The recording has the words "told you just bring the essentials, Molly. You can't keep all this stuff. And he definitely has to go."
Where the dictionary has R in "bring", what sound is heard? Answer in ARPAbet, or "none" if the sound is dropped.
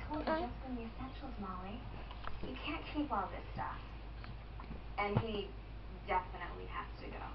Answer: none